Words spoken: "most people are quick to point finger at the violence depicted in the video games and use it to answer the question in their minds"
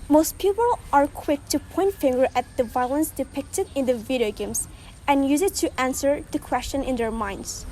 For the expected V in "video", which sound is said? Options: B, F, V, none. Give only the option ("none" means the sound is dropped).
V